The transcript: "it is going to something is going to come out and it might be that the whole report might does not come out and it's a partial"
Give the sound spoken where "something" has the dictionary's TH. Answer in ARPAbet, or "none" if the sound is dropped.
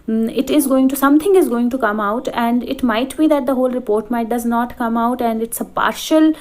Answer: T